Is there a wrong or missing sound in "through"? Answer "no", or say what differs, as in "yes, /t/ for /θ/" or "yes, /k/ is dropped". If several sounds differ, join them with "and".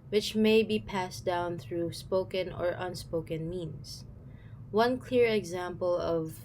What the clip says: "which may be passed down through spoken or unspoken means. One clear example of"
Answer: no